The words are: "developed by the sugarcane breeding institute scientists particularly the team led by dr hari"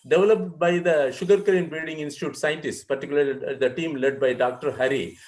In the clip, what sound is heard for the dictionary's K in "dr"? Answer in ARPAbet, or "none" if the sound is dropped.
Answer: K